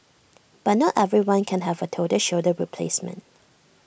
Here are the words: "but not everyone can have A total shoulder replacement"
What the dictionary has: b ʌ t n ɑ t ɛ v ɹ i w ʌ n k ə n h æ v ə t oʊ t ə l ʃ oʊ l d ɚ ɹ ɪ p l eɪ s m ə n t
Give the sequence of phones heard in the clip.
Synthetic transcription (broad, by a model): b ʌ t n ɑ t ɛ v ɹ i w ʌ n k ə n h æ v ə t oʊ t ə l ʃ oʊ d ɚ ɹ ɪ p l eɪ s m ə n t